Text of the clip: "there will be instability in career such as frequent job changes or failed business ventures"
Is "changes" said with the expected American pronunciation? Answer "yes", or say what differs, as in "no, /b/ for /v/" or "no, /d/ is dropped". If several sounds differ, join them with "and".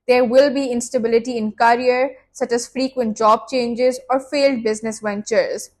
yes